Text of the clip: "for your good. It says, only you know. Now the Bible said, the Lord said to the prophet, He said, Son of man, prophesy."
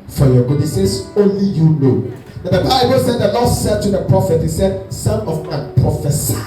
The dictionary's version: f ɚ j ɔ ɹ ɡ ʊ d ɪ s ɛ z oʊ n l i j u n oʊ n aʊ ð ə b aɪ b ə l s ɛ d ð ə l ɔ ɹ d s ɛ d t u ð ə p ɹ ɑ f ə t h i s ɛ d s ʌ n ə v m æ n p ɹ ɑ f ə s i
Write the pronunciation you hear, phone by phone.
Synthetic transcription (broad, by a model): f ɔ j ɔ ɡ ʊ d ɪ s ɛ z oʊ n l i j u n oʊ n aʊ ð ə b aɪ b ə l s ɛ d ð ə l ɔ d s ɛ d t u ð ə p ɹ ɑ f ə t h i s ɛ d s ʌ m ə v m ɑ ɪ p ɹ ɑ f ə s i